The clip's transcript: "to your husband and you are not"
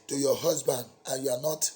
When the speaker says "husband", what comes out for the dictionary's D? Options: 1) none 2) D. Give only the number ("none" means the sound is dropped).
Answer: 2